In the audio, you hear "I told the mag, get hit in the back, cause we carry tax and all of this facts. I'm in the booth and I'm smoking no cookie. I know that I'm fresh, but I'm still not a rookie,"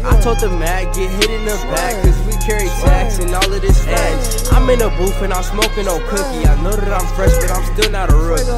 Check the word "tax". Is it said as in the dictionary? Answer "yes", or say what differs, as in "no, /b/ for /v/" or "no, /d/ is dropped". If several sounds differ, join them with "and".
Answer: no, /s/ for /t/